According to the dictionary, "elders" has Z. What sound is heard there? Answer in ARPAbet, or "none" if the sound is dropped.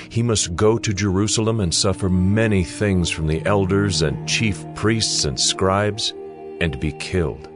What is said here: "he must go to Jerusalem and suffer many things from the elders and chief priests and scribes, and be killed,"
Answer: Z